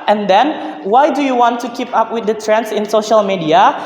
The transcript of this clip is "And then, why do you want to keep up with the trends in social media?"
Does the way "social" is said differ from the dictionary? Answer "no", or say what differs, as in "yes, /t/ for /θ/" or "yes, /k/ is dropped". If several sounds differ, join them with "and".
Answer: no